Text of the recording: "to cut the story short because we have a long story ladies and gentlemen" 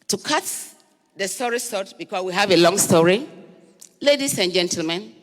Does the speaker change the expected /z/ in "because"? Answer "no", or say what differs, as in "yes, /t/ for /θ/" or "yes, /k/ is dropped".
yes, /s/ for /z/